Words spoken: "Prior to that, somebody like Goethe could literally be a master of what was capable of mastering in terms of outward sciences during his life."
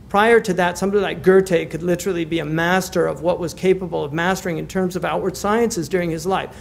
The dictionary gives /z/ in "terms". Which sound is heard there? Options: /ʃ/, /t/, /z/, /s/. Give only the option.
/z/